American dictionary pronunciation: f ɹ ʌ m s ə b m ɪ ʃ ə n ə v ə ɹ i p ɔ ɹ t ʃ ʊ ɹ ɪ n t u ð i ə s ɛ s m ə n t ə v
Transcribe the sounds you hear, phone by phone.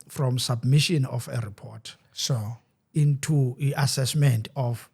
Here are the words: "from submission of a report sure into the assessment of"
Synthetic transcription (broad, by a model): f ɹ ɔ m s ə b m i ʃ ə n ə f ə ɹ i p ɔ t s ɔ ɪ n t u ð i ə s ɛ s m ə n t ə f